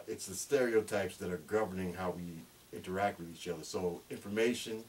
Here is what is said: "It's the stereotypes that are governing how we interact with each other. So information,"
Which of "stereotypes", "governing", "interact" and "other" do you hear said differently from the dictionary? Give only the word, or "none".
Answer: none